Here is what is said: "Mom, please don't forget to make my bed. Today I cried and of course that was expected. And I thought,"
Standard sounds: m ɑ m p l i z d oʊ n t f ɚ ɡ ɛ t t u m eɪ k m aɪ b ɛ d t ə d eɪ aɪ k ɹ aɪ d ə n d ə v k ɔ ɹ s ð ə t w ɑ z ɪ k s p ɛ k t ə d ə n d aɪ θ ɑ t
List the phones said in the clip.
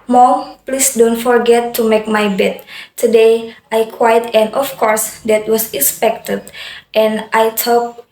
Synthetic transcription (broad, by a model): m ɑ p l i s d oʊ n t f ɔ ɡ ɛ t t u m eɪ k m aɪ b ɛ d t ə d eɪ aɪ k w aɪ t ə n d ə f k ɔ ɹ s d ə t w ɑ s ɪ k s p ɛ k t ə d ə n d aɪ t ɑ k